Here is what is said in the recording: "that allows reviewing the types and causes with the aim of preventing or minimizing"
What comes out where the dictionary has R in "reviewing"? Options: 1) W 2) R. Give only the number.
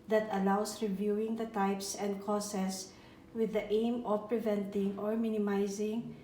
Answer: 2